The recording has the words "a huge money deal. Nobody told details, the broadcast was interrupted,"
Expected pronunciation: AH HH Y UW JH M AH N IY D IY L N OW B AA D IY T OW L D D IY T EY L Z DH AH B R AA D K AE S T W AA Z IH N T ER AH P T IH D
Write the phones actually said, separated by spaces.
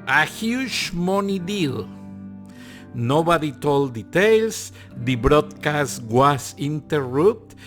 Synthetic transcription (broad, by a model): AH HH Y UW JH M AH N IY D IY L N OW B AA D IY T OW L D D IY T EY L S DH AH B R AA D K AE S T W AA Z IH N T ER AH P T